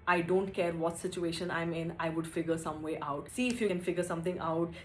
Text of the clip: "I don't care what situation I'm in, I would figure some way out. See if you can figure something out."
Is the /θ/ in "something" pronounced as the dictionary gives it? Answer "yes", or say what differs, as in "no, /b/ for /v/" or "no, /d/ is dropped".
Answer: no, /t/ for /θ/